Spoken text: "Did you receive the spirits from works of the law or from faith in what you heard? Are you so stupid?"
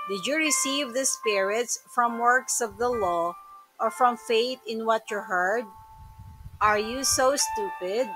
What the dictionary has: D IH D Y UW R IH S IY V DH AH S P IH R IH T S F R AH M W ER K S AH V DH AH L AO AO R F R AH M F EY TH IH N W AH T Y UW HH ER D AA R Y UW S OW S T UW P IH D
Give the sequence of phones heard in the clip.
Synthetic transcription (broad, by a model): D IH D Y UW R IH S IY V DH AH S P IH R IH T S F R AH M W ER K S AH V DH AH L AO AO R F R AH M F EY T IH N W AH T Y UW HH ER D AA R Y UW S OW S T UW P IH D